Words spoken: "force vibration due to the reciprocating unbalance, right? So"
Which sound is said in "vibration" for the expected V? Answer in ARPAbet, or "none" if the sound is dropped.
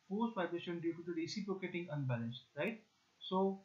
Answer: P